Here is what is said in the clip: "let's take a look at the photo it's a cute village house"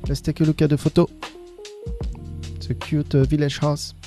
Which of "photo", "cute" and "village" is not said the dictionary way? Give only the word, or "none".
village